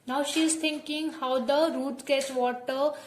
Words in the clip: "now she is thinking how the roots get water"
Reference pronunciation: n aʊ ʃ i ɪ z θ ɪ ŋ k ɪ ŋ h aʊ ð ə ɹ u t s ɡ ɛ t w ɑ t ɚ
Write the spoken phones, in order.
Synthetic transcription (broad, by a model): n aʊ ʃ i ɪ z t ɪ ŋ k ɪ ŋ h aʊ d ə ɹ u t ɡ ɛ t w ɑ t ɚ